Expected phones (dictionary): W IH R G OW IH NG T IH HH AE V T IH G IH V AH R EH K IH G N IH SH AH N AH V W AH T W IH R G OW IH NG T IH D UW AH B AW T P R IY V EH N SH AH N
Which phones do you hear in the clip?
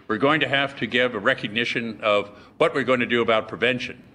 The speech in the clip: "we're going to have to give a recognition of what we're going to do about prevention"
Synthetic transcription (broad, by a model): W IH R G OW IH NG T IH HH AE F T IH G IH V AH R EH K IH G N IH SH AH N AH V W AH T W IH R G OW IH NG T IH D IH AH B AW T P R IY V EH N SH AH N